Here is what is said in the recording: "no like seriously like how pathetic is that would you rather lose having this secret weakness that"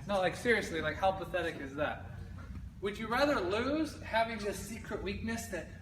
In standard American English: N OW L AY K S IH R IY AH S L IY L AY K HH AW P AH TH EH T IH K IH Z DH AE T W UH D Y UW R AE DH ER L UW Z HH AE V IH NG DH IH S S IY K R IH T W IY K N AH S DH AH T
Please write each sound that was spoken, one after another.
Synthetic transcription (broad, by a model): N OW L AY K S IH R IY AH S L IY L AY K HH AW P AH TH EH T IH K IH Z DH AE T W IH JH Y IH R AE DH ER L UW Z HH AE V IH NG DH IH S S IY K R IH T W IY K N AH S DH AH T